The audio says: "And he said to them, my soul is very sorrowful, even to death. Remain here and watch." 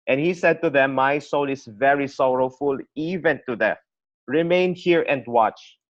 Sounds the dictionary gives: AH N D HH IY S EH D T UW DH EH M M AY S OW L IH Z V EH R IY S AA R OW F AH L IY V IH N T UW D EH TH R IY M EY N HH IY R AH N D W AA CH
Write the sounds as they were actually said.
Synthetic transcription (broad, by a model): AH N HH IY S EH D T UW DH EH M M AY S OW L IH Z V EH R IY S AA R OW F AH L IY V IH N T UW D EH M R IY M EY N HH IY R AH N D W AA CH